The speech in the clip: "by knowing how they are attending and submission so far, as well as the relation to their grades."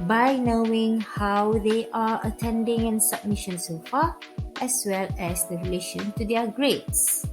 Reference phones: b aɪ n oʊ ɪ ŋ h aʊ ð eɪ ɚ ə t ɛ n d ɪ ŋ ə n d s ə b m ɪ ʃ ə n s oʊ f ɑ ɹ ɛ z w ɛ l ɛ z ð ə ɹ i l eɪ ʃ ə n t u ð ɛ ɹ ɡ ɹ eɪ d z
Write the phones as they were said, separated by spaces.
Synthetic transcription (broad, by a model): b aɪ n oʊ ɪ ŋ h aʊ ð eɪ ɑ ə t ɛ n d ɪ ŋ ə n s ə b m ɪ ʃ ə n s oʊ f ɑ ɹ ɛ s w ɛ l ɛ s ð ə ɹ i l eɪ ʃ ə n t u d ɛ ɡ ɹ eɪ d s